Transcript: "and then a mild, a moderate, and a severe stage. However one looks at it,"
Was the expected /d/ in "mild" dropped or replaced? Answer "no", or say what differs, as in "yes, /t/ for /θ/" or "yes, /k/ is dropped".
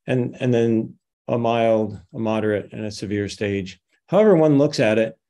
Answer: no